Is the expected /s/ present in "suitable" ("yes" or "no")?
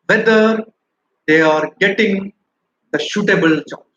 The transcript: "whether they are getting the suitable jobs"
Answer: no